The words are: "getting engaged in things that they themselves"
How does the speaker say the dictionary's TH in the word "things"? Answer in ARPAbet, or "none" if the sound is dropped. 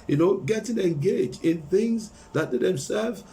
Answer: TH